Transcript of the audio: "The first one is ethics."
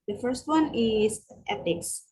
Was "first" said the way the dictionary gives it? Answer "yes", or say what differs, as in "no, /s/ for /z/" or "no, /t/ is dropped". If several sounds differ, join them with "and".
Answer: yes